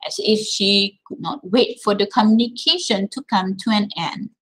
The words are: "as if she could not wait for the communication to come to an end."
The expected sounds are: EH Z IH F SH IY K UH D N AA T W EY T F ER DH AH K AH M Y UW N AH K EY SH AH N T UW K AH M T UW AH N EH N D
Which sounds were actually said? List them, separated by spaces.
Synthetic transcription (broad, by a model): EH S IH F SH IY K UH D N AA T W EY T F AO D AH K AH M Y UW N AH K EY SH AH N T UW K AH M T UW AH N EH N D